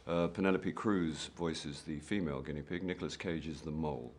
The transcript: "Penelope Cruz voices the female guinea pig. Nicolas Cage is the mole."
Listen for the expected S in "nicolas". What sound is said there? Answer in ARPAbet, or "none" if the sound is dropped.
S